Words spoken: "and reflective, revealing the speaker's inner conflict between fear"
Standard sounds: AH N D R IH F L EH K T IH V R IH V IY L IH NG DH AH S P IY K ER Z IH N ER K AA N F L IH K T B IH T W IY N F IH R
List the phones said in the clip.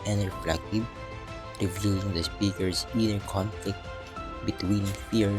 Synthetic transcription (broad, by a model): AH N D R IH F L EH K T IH B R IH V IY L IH NG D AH S P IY K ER S IH N ER K AA N F L IH K T B IH T W IY N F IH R